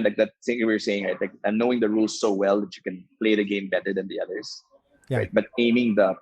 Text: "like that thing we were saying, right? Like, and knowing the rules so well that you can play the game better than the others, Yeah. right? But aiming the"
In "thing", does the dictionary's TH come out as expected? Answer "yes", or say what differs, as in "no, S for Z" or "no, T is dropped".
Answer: no, T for TH